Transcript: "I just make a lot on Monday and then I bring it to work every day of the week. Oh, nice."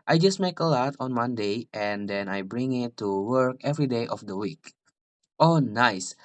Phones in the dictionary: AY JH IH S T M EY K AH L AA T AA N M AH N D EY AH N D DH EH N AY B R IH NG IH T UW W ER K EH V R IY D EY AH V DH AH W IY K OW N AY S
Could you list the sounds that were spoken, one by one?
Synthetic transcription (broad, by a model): AY JH IH S T M EY K AH L AA T AA N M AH N D EY AH N D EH N AY B R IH NG IH T UW W ER K EH V R IY D EY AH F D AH W IY K OW N AY S